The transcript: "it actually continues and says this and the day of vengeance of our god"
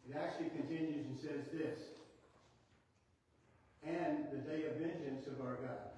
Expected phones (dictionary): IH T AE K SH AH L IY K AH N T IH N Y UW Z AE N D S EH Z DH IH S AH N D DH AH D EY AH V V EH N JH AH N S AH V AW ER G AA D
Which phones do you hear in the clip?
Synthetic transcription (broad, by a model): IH T AE K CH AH L IY K AH N T IH N Y UW Z N S EH Z DH IH S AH N DH AH D EY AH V V EH N JH AH N S AH V AW ER G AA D